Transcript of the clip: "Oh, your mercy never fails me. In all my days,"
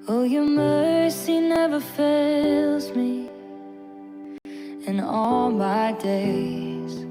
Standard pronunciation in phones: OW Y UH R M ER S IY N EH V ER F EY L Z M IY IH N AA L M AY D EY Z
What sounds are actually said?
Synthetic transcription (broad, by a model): OW Y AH R M ER S IY N EH V ER F EY L Z M IY IH N AA L M AY D EY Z